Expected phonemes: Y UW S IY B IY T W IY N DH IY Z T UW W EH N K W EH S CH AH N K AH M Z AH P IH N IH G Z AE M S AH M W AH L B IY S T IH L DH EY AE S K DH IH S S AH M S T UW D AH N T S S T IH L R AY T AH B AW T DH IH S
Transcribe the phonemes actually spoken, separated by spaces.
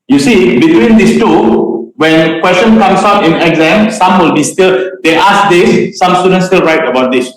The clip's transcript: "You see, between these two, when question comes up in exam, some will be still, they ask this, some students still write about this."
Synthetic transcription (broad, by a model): Y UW S IY B IY T W IY N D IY S T UW W EH N K W EH S CH AH N K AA M S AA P IH N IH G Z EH M S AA M W AH L B IY S T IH L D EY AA S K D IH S S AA M S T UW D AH N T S S T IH L R AY T AH B AW T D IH S